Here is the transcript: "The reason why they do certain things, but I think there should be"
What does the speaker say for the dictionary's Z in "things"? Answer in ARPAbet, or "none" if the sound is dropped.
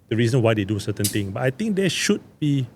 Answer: none